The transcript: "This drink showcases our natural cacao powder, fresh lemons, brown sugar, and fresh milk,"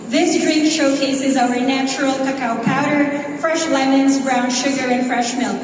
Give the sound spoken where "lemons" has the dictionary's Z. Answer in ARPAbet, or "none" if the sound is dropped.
Z